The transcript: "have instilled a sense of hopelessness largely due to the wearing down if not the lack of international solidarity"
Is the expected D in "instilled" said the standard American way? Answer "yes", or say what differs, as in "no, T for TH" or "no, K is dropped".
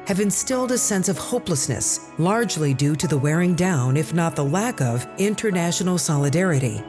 yes